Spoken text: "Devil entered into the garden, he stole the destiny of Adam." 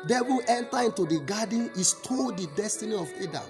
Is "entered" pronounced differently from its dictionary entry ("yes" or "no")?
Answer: yes